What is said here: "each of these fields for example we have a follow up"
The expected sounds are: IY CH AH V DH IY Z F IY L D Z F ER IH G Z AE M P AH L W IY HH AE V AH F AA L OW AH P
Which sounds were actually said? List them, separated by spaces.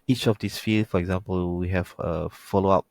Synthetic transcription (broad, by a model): IY CH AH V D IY S F IY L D F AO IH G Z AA M P AH L W IY HH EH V AH F AA L OW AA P